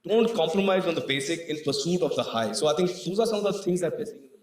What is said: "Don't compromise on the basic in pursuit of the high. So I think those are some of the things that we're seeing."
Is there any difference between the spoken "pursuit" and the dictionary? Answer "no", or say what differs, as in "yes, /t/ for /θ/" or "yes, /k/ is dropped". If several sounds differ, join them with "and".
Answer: no